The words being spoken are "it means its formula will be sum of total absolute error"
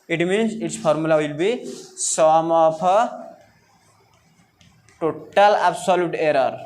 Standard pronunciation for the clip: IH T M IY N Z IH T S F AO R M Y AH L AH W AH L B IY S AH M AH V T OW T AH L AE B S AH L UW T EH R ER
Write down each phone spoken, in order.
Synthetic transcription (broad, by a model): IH T M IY N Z IH T S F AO R M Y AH L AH W AH L B IY S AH M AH P T OW T AH L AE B S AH L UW T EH R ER